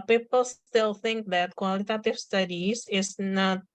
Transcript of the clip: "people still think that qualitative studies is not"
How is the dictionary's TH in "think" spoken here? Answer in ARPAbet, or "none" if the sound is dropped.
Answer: TH